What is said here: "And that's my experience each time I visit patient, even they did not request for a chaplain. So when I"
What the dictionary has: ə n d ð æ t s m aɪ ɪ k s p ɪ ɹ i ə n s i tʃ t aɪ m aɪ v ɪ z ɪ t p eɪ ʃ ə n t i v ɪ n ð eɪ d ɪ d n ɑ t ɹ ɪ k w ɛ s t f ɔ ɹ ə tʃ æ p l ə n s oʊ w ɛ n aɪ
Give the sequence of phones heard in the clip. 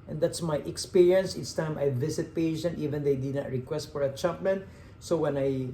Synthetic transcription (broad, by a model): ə n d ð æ t s m aɪ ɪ k s p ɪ ɹ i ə n s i s t aɪ m aɪ v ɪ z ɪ t p eɪ ʃ ə n t i v ɪ n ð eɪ d ɪ d n ɑ t ɹ ɪ k w ɛ s t f ɔ ɹ ə tʃ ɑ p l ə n s oʊ w ɛ n aɪ